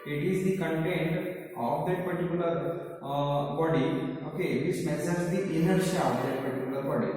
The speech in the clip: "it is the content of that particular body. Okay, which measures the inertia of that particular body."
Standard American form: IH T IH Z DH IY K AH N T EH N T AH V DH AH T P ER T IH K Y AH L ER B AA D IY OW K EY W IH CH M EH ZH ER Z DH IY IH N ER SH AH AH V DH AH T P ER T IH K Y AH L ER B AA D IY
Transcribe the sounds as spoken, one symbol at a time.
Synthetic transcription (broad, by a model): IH T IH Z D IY K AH N T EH N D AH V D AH T P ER T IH K Y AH L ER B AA D IY OW K EY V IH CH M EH S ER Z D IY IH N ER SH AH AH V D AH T P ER T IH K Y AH L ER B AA D IY